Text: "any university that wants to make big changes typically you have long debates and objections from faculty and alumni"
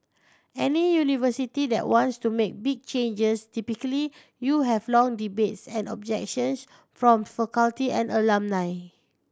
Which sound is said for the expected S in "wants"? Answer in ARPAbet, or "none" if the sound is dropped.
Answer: S